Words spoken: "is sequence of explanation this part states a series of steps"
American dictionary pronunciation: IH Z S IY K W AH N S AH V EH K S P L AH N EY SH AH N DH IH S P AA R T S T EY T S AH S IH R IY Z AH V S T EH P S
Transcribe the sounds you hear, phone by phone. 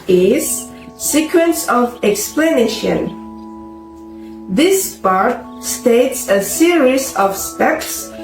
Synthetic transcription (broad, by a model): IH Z S IY K W AH N S AH V EH K S P L AH N EY SH AH N DH IH S P AA R T S T EY T S AH S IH R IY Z AH V S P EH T S